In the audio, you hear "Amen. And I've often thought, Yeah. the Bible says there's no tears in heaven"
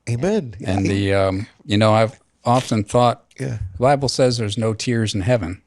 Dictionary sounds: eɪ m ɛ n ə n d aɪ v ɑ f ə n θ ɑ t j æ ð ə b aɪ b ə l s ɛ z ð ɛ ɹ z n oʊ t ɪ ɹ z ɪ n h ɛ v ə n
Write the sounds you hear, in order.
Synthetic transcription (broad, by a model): eɪ m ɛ n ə n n aɪ v ɑ f ə n θ ɑ t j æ ð ə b aɪ b l s ɛ z ð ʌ ɹ z n oʊ t ɪ ɹ z ɪ n h ɛ v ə n